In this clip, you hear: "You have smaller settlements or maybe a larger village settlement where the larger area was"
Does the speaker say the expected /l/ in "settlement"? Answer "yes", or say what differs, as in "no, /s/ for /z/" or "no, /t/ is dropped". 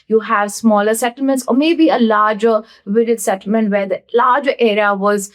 yes